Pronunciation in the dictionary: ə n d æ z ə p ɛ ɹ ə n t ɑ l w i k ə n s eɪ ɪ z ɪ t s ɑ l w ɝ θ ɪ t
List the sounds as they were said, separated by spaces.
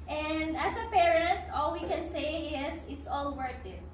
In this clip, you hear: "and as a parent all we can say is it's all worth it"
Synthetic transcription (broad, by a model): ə n d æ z ə p ɛ ɹ ə n t ɑ l w i k ə n s eɪ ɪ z ɪ t s ɑ l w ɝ t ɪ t